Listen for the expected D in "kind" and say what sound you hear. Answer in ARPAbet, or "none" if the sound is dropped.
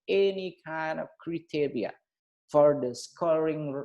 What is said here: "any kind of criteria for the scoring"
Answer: D